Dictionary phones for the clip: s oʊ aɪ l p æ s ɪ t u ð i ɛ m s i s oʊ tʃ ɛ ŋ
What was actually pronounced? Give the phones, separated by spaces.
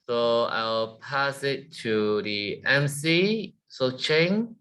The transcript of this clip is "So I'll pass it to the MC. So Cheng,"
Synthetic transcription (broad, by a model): s oʊ aɪ w p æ s ɪ t u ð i ɛ m s i s oʊ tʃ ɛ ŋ